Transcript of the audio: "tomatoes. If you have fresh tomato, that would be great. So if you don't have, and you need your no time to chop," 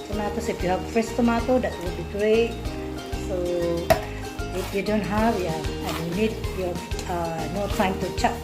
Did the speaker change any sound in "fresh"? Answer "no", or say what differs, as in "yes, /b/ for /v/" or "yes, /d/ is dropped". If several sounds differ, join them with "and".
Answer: yes, /s/ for /ʃ/